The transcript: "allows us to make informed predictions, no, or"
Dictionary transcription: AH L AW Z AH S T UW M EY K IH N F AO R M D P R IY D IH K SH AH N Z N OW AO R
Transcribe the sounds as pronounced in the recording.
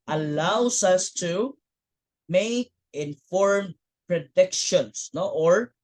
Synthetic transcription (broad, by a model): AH L AW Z AH S T UW M EY K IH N F AO R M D P R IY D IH K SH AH N S N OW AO R